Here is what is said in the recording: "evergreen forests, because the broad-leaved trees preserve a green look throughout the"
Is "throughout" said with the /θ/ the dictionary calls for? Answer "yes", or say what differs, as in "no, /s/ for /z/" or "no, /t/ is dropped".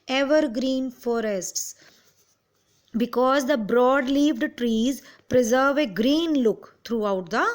no, /t/ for /θ/